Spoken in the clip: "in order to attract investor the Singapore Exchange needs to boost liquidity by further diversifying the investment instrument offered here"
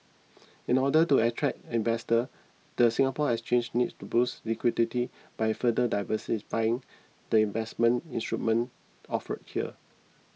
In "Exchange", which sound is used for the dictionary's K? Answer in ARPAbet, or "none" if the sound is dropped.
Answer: none